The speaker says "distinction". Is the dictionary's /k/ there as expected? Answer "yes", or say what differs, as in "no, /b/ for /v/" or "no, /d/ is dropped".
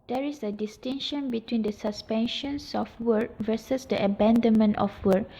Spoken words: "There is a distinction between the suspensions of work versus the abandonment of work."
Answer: no, /k/ is dropped